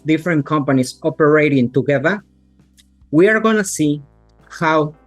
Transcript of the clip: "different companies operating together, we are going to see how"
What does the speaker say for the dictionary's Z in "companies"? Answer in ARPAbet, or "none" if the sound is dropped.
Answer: S